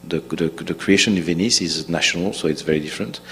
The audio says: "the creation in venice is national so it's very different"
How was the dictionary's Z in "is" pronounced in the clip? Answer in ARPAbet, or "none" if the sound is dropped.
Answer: Z